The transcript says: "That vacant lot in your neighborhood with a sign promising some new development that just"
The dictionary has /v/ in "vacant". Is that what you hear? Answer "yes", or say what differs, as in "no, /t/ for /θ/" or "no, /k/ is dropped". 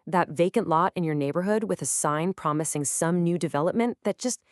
yes